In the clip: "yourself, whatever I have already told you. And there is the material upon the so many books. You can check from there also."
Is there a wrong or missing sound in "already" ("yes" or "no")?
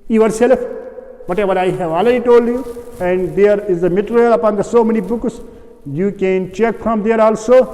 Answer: yes